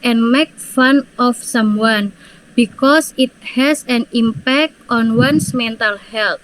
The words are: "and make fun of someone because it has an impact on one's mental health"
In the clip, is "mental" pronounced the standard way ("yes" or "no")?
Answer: yes